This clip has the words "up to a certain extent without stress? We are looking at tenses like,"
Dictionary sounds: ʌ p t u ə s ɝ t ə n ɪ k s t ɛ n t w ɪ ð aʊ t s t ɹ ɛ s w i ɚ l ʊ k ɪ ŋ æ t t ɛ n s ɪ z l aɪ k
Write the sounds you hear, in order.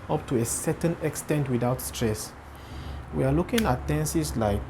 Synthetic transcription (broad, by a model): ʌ p t u ə s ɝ t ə n ɪ k s t ɛ n t w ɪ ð aʊ t s t ɹ ɛ s w i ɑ l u k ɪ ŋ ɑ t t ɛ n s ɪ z l aɪ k